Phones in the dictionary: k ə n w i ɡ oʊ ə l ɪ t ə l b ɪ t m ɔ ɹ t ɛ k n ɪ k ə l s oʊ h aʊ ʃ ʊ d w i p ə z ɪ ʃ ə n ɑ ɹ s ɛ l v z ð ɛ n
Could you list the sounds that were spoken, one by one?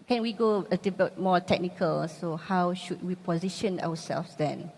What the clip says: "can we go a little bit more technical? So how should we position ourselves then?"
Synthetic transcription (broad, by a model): k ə n w i ɡ oʊ ə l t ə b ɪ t m ɔ t ɛ k n ɪ k ə l s oʊ h aʊ ʃ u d w i p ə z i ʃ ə n ɑ w s ɛ l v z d ɛ n